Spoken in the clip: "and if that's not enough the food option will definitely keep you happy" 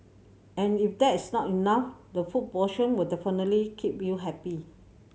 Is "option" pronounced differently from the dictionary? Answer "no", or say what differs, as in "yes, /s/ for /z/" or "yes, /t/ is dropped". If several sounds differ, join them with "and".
yes, /p/ is dropped